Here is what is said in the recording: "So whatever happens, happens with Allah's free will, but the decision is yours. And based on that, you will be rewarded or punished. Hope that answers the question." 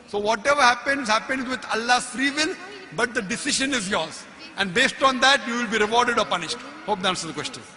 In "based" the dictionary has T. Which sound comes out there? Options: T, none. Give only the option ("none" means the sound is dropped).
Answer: T